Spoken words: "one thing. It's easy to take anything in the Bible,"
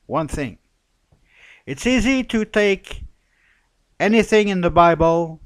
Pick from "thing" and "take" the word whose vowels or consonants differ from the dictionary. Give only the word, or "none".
none